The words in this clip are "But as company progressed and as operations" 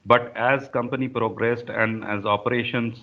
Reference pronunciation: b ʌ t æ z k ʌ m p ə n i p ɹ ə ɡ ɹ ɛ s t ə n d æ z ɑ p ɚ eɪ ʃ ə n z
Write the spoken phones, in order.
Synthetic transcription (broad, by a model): b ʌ t æ z k ʌ m p ə n i p ɹ ə ɡ ɹ ɛ s t ə n d æ z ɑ p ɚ eɪ ʃ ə n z